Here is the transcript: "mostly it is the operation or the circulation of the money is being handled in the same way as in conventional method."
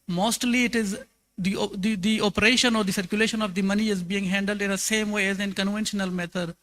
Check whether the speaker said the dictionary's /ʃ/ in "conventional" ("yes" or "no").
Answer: yes